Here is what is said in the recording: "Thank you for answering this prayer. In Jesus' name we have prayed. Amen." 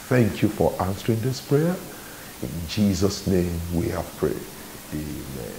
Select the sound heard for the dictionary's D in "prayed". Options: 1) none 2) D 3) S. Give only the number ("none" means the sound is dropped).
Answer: 1